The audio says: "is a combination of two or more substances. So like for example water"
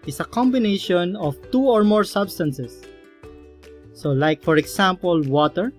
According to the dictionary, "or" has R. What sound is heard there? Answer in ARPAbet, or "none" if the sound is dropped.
R